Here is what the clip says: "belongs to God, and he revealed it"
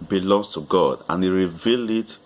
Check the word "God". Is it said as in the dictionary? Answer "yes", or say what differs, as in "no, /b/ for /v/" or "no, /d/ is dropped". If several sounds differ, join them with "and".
yes